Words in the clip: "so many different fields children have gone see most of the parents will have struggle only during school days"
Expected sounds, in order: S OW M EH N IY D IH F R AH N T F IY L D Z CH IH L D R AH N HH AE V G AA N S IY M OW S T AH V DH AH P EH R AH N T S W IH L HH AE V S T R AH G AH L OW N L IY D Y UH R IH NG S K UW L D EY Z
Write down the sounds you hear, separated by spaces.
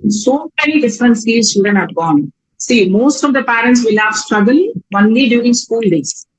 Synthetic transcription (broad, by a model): S OW M EH N IY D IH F R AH N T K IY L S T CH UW D AH N HH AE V G AA N S IY M OW S T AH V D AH P EH R AH N T S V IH L HH AE V S T R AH G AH L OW N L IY D Y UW R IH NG S K UW L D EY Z